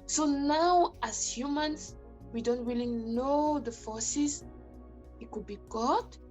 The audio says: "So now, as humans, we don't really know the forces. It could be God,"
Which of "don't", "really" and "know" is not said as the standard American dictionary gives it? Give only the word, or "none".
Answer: really